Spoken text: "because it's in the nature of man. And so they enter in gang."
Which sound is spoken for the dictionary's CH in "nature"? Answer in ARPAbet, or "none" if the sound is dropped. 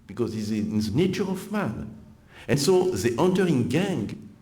CH